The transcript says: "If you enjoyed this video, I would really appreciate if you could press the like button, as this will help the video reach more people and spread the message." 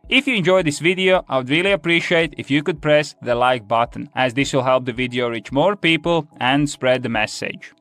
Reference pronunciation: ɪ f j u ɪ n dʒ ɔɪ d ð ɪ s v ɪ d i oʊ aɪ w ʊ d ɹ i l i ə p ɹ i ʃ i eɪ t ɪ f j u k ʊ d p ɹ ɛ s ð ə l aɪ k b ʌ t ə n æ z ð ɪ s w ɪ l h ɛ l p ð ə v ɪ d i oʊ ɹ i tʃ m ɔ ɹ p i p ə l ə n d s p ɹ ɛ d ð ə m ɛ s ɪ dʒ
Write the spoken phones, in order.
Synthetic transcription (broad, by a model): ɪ f j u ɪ n dʒ ɔɪ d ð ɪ s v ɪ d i oʊ aɪ w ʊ d ɹ i l i ə p ɹ i ʃ i eɪ t ɪ f j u k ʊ d p ɹ ɛ s ð ə l aɪ k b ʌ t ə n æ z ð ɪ s w ɪ l h ɛ l p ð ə v ɪ d i oʊ ɹ i tʃ m ɔ ɹ p i p ə l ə n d s p ɹ ɛ d ð ə m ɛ s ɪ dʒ